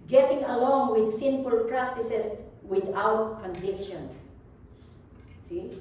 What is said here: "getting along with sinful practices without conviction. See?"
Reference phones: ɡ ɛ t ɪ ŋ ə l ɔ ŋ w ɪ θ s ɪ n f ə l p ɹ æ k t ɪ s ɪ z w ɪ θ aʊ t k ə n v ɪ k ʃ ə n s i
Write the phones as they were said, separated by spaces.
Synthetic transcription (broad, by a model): ɡ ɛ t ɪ ŋ ə l ɔ ŋ w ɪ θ s ɪ n f ə l p ɹ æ k t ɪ s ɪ s w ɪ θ aʊ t k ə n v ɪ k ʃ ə n s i